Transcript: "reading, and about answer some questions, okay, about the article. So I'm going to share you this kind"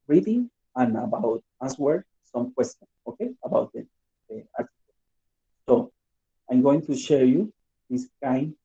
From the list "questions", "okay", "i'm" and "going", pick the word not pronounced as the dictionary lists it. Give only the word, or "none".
questions